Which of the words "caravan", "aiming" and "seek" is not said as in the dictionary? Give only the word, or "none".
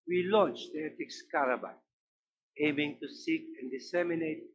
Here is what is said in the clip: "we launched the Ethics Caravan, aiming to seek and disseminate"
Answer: caravan